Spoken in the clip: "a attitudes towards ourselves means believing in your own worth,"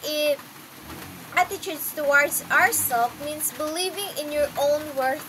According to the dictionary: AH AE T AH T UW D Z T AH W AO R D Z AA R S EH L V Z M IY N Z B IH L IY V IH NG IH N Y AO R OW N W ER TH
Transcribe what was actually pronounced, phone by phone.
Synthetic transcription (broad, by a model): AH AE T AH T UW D S T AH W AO R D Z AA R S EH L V M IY N S B IH L IY V IH NG IH N Y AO R OW N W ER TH